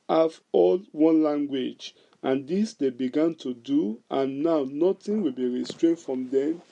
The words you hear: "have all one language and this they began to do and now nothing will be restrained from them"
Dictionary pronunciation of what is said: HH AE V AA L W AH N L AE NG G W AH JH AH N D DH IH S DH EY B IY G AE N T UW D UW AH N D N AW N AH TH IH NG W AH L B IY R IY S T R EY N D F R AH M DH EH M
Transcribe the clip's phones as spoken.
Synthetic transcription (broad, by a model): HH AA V AA L W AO N L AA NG G W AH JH AH N D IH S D EY B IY G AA N T UW D UW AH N N AW N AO T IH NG W AH L B IY R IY S T R EY N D F R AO M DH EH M